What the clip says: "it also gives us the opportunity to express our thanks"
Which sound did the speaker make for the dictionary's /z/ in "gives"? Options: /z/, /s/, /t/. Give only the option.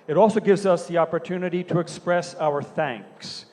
/z/